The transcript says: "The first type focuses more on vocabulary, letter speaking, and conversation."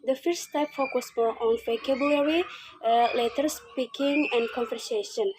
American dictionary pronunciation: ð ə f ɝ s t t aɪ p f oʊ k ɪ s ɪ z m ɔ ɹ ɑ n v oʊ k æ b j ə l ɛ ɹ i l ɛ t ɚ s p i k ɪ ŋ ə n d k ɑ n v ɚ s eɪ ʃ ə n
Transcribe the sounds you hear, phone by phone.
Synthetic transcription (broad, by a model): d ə f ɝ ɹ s t aɪ p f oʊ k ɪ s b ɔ l ɑ n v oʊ k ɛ b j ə l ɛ ɹ i l ɛ t ɚ s p i k ɪ ŋ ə n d k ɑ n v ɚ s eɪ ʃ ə n